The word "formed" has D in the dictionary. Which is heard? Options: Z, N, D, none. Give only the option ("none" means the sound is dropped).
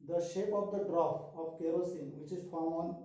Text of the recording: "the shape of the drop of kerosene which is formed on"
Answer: none